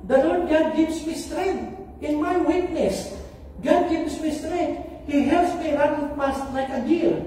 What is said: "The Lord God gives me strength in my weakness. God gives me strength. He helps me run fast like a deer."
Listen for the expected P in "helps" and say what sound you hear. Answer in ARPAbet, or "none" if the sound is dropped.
none